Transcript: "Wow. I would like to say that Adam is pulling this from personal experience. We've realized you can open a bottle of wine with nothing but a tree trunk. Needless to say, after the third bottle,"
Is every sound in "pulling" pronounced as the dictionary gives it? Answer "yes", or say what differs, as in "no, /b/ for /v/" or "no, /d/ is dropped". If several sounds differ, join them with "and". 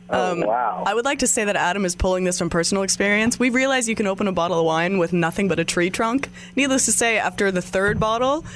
yes